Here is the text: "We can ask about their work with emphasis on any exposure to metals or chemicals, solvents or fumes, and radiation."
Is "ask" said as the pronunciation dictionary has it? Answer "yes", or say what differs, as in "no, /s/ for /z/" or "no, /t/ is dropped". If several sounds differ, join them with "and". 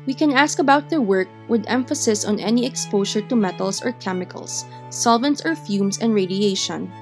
yes